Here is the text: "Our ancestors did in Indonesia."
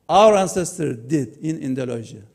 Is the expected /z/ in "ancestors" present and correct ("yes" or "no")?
no